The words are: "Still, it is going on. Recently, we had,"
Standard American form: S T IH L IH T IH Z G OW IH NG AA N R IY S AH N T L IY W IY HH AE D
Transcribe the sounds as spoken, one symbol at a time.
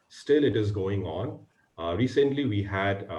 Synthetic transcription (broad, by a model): S T IH L IH T IH Z G OW IH NG AA N R IY S AH N T L IY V IY HH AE D